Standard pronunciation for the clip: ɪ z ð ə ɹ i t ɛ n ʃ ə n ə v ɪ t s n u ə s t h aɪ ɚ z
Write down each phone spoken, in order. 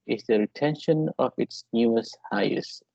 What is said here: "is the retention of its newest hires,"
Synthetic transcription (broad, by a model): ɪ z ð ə ɹ i t ɛ n ʃ ə n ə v ɪ t s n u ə s h aɪ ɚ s